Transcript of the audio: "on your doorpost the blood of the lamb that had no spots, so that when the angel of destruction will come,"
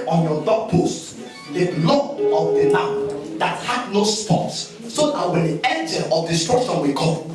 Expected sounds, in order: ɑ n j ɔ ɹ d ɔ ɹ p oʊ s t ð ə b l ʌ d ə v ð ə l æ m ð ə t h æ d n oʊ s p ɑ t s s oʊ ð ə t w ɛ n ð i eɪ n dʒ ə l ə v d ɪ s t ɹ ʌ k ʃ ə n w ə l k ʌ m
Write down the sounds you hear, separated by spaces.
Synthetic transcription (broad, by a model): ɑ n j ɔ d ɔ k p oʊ s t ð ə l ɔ ə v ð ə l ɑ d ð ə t h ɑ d n oʊ s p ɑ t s s oʊ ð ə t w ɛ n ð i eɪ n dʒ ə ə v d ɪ s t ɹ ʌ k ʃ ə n w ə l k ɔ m